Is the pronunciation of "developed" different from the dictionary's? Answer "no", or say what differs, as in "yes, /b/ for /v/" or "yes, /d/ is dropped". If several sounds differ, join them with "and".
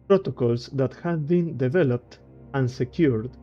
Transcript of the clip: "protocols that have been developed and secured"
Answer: no